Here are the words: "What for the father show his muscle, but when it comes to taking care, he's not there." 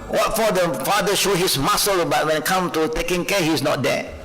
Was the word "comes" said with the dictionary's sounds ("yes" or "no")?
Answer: no